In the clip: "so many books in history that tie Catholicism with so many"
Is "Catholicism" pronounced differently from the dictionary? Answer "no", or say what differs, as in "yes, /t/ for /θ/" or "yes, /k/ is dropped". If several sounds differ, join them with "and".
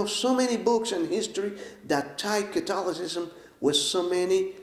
yes, /t/ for /θ/